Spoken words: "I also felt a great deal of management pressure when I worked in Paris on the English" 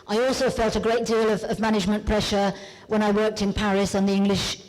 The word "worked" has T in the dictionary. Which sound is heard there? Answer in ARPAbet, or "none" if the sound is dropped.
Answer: T